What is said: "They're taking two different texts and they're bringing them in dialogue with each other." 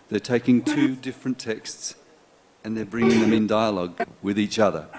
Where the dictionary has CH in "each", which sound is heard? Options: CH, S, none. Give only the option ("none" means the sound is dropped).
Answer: CH